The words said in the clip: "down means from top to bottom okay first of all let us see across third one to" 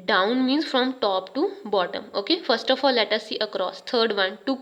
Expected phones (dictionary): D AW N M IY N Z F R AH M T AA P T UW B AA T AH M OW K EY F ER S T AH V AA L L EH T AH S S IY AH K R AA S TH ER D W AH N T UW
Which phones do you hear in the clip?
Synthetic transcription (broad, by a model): D AW N M IY N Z F R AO M T AA P T UW B AA T AH M OW K EY F ER S T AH F AA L L EH T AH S S IY AH K R AA S T ER D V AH N T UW